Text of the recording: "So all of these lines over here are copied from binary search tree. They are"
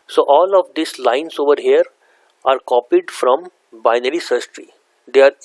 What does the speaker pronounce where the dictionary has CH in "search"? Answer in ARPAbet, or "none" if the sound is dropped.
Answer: S